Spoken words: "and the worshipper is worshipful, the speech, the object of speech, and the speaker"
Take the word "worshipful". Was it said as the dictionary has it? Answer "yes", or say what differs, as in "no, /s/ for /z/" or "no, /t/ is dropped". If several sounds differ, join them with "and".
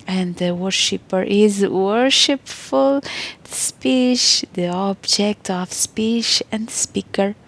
yes